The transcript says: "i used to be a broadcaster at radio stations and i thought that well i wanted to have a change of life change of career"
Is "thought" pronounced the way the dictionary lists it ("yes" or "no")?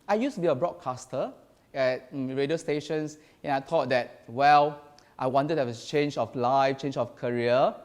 no